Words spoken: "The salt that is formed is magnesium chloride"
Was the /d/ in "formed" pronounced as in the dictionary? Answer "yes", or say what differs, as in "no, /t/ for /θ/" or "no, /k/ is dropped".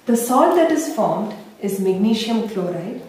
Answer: yes